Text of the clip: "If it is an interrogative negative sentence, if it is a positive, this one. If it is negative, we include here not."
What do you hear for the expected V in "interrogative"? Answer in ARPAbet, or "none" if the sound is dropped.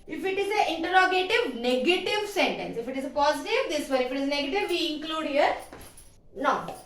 V